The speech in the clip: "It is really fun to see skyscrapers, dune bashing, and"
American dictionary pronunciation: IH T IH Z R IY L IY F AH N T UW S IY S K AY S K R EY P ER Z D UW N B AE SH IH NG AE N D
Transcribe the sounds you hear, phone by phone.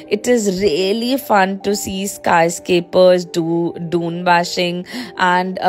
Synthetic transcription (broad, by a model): IH T IH Z R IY L IY F AH N T UW S IY S K AY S K EY P ER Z D UW N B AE SH IH NG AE N D